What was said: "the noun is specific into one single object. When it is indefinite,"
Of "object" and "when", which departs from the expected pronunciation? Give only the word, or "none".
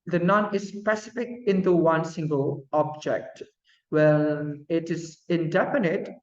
when